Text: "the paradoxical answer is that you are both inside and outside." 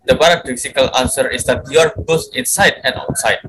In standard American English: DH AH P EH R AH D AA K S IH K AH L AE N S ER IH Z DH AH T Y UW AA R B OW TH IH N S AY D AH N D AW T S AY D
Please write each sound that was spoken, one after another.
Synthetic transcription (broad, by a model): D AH B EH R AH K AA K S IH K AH L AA N S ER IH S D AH T Y UW AA R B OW S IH N S AY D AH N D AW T S AY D